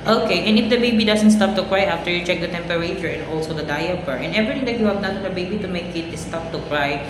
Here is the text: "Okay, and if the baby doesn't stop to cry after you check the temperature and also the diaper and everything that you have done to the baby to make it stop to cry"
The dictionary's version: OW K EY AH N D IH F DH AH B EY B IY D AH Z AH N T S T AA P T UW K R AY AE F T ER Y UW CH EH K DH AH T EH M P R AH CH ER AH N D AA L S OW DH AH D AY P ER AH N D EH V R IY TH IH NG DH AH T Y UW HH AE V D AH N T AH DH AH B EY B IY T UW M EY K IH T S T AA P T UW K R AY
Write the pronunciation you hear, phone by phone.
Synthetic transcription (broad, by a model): OW K EY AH N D IH F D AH B EY B IY D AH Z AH N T S T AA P T UW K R AY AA F T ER Y UW CH EH K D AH T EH M P R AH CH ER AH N AA L S OW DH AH D AY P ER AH N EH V R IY T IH NG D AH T Y UW HH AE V D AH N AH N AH B EY B IY T UW M EY K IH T S T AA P T UW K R AY